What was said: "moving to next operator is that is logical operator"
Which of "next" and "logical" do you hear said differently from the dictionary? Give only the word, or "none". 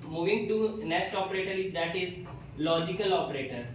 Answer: next